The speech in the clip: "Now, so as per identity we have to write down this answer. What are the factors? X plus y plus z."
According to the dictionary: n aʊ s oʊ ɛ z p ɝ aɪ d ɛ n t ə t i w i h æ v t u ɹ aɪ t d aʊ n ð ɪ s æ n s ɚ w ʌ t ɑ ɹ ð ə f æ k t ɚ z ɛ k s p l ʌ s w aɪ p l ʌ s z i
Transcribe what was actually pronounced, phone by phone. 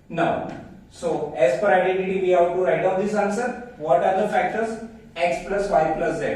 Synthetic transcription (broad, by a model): n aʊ s oʊ ɛ z f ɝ aɪ d ɛ n t ə t i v i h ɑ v t u ɹ aɪ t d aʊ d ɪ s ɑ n s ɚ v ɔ t ɑ ɹ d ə f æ k t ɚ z ɛ k s p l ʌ s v aɪ p l ʌ s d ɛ